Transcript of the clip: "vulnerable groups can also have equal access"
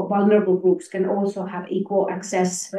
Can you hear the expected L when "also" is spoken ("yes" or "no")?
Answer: yes